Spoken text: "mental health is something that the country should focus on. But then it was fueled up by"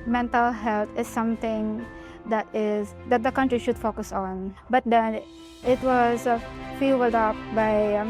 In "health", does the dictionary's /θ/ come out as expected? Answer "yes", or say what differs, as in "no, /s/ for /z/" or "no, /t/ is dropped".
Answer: no, /t/ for /θ/